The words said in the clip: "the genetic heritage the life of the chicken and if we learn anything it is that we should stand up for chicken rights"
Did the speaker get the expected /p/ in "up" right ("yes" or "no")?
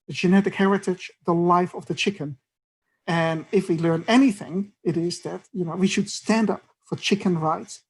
yes